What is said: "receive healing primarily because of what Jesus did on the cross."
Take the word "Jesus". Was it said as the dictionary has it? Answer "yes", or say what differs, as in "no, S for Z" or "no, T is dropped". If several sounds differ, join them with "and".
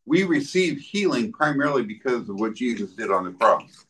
yes